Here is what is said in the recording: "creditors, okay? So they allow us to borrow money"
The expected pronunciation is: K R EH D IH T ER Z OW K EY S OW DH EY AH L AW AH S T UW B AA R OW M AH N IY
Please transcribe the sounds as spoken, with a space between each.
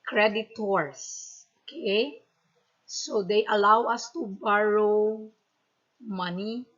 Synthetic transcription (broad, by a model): K R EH D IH T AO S OW K EY S OW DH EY AH L AW AH S T UW B AA R OW M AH N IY